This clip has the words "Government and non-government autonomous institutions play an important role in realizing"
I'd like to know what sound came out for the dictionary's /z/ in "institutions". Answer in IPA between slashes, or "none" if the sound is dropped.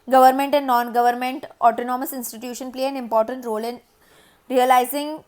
none